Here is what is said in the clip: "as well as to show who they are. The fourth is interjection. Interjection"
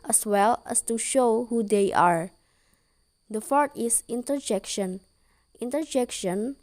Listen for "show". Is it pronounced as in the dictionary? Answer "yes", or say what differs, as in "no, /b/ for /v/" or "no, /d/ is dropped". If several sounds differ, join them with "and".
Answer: yes